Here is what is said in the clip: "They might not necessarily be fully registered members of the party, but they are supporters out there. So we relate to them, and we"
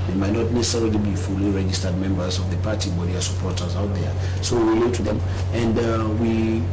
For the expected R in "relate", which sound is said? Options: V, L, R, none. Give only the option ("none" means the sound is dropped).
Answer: L